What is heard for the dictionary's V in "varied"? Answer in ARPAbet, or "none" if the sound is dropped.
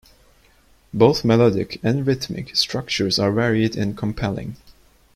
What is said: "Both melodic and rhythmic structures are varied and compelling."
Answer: V